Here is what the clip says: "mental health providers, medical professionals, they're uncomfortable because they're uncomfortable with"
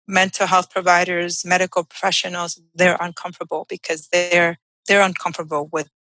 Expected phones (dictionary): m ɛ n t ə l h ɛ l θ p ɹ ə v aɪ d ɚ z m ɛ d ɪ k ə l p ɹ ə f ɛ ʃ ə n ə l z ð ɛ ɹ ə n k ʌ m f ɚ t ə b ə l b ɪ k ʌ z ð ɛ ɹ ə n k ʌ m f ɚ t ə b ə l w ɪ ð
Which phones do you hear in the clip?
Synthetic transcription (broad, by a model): m ɛ n t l h ɛ l θ p ɹ ə v aɪ d ɚ z m ɛ d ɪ k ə l p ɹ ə f ɛ ʃ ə n l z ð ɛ ɹ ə n k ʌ m f t ə b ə l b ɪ k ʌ z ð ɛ ɹ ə n k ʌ m f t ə b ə l w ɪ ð